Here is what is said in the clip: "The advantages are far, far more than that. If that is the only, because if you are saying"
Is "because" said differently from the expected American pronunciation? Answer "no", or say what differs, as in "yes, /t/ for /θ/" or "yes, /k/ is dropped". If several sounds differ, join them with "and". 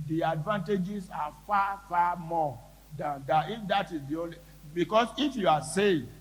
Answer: yes, /s/ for /z/